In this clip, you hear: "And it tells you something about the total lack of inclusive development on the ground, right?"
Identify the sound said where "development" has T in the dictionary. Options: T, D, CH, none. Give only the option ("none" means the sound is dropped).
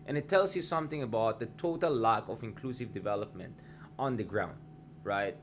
T